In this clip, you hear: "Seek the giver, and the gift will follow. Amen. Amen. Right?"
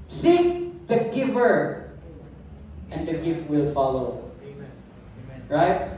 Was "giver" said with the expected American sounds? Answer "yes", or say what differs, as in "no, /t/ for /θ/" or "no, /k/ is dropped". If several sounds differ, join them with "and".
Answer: yes